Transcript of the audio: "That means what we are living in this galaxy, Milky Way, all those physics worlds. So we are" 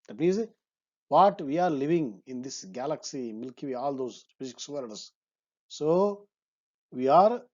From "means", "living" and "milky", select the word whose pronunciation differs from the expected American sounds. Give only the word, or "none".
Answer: means